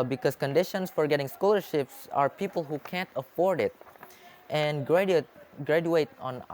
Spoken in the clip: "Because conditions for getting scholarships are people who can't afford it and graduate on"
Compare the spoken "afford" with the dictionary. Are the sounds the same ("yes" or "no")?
yes